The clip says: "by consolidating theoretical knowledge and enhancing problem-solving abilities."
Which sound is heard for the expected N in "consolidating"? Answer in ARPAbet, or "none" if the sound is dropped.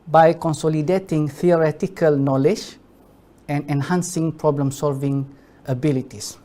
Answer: N